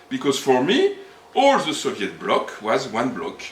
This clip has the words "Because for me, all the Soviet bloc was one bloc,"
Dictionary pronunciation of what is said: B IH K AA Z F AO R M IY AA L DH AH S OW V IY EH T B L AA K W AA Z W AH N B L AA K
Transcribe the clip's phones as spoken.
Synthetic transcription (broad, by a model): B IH K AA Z F AO R M IY AA L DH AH S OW V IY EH T B L AA K W AA Z W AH N B L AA K